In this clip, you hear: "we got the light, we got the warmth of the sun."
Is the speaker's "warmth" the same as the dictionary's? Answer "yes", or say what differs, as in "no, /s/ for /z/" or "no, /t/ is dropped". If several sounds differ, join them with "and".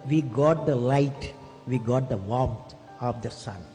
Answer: no, /t/ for /θ/